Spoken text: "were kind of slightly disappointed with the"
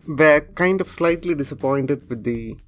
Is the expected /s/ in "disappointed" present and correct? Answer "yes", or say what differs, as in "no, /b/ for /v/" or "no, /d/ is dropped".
yes